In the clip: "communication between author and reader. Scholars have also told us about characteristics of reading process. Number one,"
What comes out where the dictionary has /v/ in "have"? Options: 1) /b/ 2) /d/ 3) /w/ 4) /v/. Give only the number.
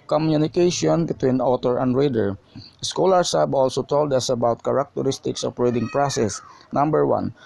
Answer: 1